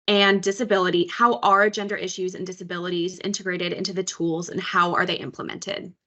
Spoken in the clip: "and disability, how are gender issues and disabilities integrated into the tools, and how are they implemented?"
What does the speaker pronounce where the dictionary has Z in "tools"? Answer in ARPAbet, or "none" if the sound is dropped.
Z